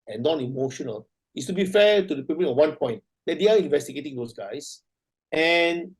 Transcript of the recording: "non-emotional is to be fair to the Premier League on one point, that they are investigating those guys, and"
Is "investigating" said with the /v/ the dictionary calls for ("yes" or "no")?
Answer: yes